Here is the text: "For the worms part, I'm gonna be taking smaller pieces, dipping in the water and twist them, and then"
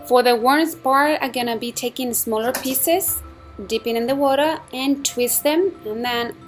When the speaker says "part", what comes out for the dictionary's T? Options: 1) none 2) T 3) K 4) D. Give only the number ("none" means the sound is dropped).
1